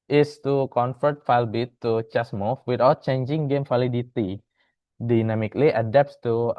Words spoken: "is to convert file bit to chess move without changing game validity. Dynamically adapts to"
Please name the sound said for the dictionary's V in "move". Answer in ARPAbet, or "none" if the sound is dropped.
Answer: F